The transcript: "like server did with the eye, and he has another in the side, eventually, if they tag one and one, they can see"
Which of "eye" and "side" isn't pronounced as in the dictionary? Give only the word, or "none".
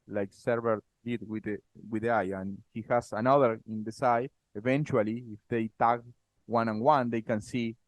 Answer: side